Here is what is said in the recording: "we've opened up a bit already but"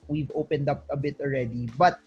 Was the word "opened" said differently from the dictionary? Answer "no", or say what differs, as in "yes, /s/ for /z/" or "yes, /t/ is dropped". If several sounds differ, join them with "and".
no